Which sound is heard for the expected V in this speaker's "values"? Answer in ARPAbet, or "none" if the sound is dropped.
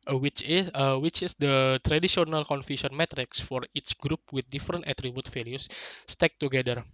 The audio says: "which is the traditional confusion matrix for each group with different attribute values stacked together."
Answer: F